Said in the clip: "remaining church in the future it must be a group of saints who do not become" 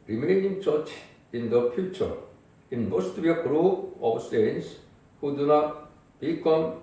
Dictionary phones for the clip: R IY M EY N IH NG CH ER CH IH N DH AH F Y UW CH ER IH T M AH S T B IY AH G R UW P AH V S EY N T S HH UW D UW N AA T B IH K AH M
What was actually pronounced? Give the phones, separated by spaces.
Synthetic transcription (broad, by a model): R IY M EY N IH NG CH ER CH IH N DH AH F Y UW CH ER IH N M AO S T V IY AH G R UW AH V S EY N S HH UW D UW N AA T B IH K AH M